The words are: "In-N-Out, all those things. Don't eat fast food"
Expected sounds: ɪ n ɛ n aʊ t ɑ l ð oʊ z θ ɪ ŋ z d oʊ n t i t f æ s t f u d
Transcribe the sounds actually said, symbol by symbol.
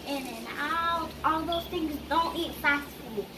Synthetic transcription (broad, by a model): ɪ n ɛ n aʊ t ɑ l ð oʊ z θ ɪ ŋ z d oʊ n t i t f æ s t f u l